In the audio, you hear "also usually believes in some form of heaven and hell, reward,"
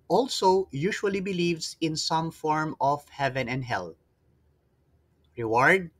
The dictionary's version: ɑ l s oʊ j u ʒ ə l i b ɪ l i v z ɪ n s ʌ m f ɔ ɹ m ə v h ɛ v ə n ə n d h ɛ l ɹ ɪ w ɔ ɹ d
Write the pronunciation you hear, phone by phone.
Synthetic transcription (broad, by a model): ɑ l s oʊ j u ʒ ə l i b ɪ l i v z ɪ n s ʌ m f ɔ ɹ m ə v h ɛ v ə n ə n d h ɛ l ɹ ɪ w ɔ ɹ d